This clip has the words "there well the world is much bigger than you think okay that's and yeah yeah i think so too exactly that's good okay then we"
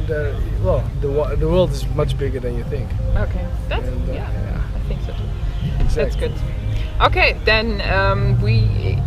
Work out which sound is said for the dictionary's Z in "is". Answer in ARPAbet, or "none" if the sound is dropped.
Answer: Z